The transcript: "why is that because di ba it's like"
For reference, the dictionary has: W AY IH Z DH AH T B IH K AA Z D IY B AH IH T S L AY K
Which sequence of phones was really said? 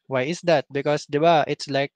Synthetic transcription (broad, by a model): W AY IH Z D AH T B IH K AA S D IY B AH IH T S L AY K